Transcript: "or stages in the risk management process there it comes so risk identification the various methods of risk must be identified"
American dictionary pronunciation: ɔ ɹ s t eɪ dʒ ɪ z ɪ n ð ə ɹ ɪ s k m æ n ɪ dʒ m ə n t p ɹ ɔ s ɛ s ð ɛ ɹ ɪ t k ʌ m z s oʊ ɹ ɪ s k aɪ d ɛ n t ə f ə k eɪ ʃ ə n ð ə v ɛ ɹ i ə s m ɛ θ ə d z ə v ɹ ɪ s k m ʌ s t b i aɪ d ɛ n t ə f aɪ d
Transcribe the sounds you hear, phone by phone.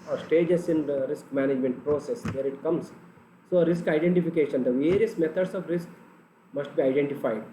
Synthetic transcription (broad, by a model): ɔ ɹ s t eɪ dʒ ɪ s ɪ n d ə ɹ ɪ s k m æ n ɪ dʒ m ə n t p ɹ ɔ s ɛ s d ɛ ɹ ɪ t k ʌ m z s oʊ ɹ ɪ s k aɪ d ɛ n t ə f ə k eɪ ʃ ə n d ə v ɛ ɹ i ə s m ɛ t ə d s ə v ɹ ɪ s k m ʌ s t b i aɪ d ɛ n t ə f aɪ d